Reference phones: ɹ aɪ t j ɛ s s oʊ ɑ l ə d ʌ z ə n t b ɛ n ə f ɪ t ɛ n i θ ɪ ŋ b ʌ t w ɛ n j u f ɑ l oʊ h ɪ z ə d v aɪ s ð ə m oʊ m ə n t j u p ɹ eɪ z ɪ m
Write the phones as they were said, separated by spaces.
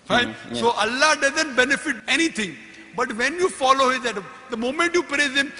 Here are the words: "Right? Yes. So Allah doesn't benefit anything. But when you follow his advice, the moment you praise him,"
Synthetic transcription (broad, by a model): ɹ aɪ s s oʊ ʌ l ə d ʌ z ə n t b ɛ n ə f ɪ t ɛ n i t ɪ ŋ b ʌ t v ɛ n j u f ɑ l oʊ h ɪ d ɛ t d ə m oʊ m ə n t j u p ɹ eɪ z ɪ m